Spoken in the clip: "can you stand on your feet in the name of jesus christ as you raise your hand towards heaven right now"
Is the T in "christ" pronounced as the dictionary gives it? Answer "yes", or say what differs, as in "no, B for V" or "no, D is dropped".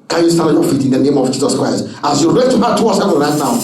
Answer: yes